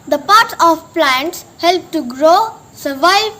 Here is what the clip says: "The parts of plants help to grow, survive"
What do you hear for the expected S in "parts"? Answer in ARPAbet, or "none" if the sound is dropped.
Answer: none